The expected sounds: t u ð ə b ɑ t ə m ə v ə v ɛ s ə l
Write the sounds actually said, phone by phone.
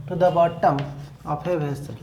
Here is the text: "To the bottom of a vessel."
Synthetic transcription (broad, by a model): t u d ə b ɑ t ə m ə p ə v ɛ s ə